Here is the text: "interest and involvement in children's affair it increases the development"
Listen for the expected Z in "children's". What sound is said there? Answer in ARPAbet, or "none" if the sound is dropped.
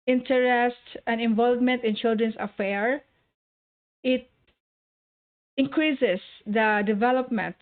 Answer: S